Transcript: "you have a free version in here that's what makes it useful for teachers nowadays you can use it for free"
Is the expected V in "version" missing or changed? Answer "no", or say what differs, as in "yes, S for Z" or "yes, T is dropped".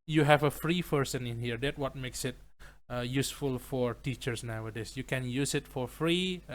yes, P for V